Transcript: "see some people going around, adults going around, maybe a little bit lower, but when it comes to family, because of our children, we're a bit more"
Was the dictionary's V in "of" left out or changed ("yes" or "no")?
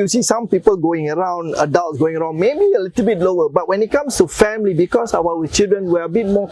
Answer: yes